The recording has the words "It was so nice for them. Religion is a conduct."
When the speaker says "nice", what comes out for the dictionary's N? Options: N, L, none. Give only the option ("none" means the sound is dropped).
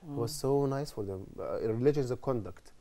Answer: N